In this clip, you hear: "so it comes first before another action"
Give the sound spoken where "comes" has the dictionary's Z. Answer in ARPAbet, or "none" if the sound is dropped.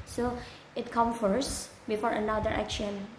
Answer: none